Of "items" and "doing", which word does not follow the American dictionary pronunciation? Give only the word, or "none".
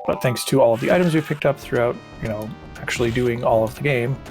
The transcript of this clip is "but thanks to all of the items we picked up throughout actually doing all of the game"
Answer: none